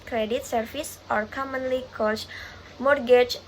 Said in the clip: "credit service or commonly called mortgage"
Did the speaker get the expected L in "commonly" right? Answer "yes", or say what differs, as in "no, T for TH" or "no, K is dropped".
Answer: yes